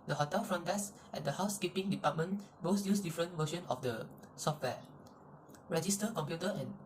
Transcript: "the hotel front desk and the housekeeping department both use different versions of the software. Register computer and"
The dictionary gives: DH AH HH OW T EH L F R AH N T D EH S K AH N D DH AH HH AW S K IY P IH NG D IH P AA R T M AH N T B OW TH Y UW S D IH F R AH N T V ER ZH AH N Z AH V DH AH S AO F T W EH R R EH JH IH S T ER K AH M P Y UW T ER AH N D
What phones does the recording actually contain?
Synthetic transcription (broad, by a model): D AH HH OW T EH L F R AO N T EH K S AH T D AH HH AW S K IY P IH NG D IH P AA T M AH N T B OW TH Y UW S D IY F R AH N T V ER SH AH N AH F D AH S AO F T W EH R R EH JH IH S T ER K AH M P Y UW T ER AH N